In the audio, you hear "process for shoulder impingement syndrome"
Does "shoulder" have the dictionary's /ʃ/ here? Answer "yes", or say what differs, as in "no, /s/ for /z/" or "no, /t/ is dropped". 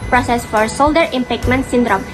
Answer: no, /s/ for /ʃ/